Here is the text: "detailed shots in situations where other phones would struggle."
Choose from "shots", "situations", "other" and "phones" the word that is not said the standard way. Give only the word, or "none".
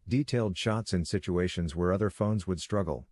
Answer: none